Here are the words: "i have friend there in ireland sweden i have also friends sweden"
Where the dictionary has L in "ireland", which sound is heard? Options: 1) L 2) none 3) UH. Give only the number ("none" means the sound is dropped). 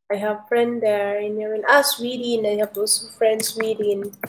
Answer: 2